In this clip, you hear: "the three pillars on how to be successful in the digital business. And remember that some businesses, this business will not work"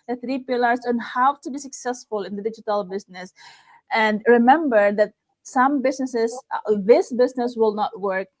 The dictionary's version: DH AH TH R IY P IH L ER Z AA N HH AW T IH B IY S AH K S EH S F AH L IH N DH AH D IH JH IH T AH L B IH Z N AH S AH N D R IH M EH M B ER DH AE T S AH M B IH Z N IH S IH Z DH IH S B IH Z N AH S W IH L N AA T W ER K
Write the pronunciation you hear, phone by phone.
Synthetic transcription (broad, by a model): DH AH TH R IY P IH L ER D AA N HH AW T IH B IY S AH K S EH S F AH L IH N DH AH D IH JH IH T AH L B IH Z N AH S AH N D R IH M EH M B ER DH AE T S AH M B IH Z N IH S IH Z DH IH S B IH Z N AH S W IH L N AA T W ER K